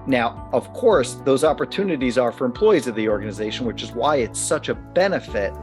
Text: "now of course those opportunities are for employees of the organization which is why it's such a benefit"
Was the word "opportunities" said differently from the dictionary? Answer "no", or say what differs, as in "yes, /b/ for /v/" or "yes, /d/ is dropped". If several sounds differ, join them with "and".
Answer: no